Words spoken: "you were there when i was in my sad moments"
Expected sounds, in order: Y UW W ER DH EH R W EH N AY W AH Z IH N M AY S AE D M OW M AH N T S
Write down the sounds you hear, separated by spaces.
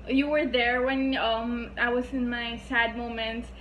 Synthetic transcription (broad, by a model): Y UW W ER DH EH R W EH N AY W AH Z IH N M AY S AE D M OW M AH N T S